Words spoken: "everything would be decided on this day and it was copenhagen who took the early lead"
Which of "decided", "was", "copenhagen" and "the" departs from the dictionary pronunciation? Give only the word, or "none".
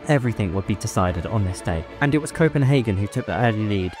none